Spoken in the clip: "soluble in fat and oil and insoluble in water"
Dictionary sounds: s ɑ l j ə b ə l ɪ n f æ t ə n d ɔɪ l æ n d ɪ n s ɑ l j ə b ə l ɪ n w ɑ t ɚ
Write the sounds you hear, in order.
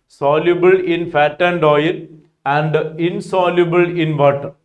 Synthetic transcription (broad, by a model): s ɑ l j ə b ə l ɪ n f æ t ə n d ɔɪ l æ n d ɪ n s ɑ l j ə b ə l ɪ n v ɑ t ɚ